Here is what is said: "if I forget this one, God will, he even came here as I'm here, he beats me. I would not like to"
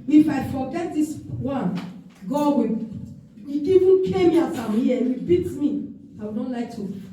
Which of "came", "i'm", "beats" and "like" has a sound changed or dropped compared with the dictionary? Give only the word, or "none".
beats